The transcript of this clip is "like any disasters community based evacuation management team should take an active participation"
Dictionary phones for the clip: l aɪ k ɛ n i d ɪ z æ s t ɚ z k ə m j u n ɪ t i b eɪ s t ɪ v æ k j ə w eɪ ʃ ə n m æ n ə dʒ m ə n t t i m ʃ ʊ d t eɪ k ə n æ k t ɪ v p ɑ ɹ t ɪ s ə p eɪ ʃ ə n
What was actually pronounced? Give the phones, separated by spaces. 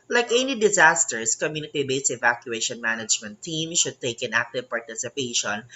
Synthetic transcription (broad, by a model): l aɪ k ɛ n i d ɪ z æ s t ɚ s k ə m j u n ɪ t i b eɪ s ɪ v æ k j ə eɪ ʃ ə n m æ n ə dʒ m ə n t t i m ʃ ʊ d t eɪ k ə n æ k t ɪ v p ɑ ɹ t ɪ s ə p eɪ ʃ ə n